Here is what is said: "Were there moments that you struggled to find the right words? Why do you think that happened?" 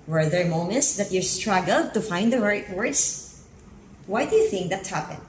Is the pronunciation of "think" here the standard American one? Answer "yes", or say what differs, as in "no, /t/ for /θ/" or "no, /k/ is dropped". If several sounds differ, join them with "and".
yes